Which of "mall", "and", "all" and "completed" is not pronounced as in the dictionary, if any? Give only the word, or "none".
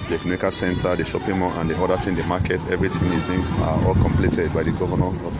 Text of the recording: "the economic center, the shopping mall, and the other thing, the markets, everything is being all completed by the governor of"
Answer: mall